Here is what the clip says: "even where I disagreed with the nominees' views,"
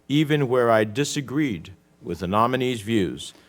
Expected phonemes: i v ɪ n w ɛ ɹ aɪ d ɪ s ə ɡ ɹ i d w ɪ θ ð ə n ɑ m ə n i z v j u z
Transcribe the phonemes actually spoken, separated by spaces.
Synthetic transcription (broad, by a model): i v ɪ n w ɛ ɹ aɪ d ɪ s ə ɡ ɹ i d w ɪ ð ə n ɑ m ə n i z v j u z